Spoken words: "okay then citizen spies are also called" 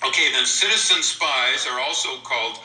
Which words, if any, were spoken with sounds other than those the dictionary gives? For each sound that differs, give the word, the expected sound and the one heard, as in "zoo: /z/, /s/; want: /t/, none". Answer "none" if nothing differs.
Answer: none